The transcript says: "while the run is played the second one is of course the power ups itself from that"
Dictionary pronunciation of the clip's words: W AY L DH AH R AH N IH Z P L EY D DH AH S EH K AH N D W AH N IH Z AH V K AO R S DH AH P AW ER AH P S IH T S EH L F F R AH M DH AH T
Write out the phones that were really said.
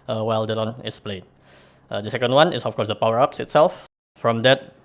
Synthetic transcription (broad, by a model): W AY L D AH L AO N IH S P L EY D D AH S EH K AH N D W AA N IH S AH F K AO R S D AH P AW ER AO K S IH T S EH L F F R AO M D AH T